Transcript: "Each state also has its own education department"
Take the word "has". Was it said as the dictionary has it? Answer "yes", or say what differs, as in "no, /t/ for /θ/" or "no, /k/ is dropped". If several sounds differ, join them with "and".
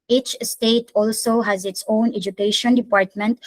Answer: yes